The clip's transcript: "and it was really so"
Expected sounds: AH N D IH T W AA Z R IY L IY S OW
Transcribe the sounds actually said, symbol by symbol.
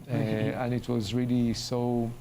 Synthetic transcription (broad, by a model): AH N IH T W AA Z R IY L IY S OW